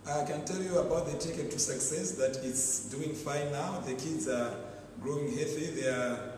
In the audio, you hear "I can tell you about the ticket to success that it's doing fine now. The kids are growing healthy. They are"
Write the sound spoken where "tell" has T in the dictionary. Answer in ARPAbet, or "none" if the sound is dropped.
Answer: T